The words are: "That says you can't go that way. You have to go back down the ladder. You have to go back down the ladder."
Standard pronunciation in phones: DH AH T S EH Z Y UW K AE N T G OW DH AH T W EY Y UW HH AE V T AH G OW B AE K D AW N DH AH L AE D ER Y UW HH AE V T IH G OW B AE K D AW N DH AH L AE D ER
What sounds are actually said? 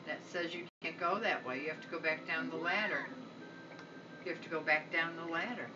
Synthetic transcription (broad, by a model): DH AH T S EH Z Y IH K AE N G OW DH AH T W EY Y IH HH AE F T AH G OW B AE K D AW N DH AH L AE D ER Y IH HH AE F T IH G OW B AE K D AW N DH AH L AE D ER